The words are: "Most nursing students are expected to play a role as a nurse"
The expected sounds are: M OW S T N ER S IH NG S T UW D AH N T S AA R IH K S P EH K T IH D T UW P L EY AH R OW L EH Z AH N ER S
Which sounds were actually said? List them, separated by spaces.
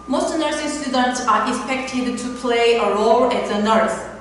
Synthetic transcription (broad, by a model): M OW S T N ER S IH S T UW D AH N T S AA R IH K S P EH K T IH D T UW P L EY AH R OW L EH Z AH N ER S